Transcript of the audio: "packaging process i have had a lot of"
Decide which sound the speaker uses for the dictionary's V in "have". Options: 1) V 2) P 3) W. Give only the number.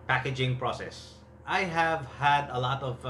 1